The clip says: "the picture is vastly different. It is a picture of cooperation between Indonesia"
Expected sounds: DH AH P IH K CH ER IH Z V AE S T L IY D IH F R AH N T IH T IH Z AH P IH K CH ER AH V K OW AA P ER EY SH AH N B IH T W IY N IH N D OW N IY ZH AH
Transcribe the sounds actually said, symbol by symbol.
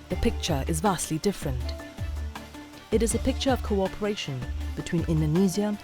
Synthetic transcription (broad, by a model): DH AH P IH K CH ER IH Z V AE S T L IY D IH F R AH N T IH T IH Z AH P IH K CH ER AH V K OW AA P ER EY SH AH N B IH T W IY N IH N D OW N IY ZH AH